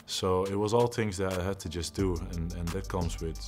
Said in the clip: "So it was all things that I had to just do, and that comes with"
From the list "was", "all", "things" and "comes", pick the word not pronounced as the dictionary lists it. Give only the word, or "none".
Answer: none